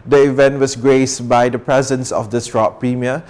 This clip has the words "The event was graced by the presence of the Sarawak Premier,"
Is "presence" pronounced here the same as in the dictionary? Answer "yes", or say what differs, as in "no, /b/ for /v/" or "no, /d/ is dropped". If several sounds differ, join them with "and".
yes